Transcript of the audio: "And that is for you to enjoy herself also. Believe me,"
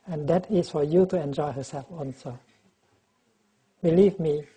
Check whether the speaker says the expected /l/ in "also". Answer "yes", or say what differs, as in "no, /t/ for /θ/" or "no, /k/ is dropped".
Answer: no, /n/ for /l/